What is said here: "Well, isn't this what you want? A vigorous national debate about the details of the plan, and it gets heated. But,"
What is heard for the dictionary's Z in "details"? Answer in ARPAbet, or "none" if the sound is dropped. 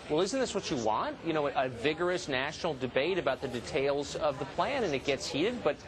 Z